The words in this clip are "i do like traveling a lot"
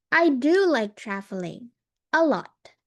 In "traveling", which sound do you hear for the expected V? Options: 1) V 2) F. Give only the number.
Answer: 2